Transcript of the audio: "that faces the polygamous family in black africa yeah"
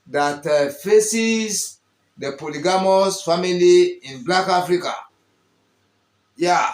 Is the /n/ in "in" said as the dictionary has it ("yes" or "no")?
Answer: yes